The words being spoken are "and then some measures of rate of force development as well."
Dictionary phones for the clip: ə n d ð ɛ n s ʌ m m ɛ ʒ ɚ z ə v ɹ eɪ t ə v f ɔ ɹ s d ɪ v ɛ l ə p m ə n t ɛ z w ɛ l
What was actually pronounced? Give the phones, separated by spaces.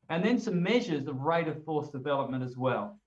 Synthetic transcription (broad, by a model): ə n ð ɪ n s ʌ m m ɛ ʒ ɚ z ə v ɹ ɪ t ə v f ɔ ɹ s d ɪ v ɛ l ə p m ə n t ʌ z w ɛ l